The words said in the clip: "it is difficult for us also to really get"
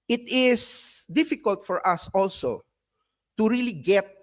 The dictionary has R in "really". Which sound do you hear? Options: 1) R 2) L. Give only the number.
1